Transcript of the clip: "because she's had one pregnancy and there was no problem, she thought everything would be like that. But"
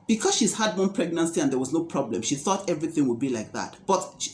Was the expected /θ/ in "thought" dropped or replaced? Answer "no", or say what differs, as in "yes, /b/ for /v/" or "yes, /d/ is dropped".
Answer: no